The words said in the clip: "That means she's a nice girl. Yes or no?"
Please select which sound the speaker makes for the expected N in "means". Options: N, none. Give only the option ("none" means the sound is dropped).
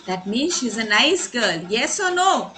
N